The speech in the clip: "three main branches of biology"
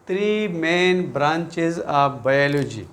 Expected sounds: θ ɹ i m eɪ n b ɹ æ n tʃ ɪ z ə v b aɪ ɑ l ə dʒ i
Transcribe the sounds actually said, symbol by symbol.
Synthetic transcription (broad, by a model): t ɹ i m eɪ n b ɹ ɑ n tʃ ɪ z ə p b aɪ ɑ l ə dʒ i